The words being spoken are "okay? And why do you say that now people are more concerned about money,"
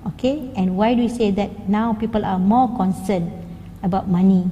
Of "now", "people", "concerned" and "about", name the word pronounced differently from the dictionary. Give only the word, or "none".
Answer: concerned